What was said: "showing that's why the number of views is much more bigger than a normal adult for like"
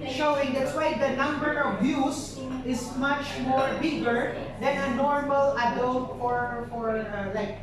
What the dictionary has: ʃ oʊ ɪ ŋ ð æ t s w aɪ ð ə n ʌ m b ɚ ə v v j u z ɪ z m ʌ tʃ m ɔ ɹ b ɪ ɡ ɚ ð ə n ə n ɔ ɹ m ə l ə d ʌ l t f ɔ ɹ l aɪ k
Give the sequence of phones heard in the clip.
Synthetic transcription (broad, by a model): ʃ oʊ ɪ ŋ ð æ t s w aɪ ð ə n ʌ m b ɚ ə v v j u s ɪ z m ʌ tʃ m ɔ ɹ b ɪ ɡ ɚ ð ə n ə n ɔ ɹ m ə l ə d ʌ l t f ɔ ɹ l aɪ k